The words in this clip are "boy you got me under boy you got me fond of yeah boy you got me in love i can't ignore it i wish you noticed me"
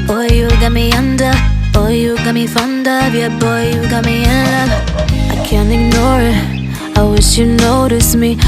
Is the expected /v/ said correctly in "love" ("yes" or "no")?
no